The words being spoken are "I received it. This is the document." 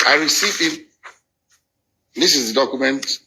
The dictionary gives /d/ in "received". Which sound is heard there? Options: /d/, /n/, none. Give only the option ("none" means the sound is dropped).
none